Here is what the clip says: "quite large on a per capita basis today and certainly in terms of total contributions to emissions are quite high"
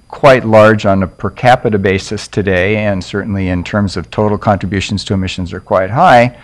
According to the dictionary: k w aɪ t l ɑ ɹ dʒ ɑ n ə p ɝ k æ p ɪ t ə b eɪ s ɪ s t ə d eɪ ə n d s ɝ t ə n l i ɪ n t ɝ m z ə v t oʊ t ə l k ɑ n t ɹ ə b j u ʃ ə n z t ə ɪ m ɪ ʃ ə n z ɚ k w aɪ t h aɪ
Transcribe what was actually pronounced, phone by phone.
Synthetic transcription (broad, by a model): k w aɪ t l ɑ ɹ dʒ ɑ n ə p ɝ k æ p ɪ t ə b eɪ s ɪ s t ə d eɪ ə n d s ɝ t n l i ɪ n t ɝ m z ə v t oʊ t l k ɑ n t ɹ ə b j u ʃ n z t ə ɪ m ɪ ʃ ə n z ɚ k w aɪ t h aɪ